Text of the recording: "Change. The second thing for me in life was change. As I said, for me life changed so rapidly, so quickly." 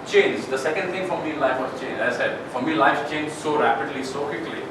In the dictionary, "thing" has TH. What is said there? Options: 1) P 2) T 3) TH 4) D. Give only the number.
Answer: 2